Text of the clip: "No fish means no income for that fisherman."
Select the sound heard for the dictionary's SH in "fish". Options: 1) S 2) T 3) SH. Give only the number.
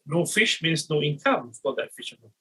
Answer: 3